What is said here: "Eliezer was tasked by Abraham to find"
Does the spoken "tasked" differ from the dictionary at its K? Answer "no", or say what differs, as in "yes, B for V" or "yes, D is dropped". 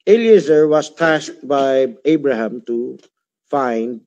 yes, K is dropped